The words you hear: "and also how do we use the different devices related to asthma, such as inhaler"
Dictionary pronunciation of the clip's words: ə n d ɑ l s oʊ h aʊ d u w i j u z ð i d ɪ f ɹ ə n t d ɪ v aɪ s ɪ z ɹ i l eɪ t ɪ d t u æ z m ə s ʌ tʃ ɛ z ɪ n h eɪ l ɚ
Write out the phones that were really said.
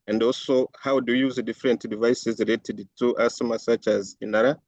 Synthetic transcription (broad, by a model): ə n d ɑ l s oʊ h aʊ d u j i j u z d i f ɹ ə n t d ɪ v aɪ s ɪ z ɹ i l eɪ t ɪ d t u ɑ s m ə s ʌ tʃ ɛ z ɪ n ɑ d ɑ